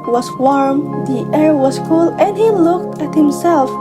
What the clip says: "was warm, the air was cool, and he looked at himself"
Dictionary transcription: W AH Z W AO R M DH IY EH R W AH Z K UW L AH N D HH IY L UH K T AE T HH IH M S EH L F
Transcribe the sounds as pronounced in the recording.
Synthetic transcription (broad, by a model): W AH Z W AO R M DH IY EH R W AH Z K UW L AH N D HH IY L UH K T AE T HH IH M S EH L F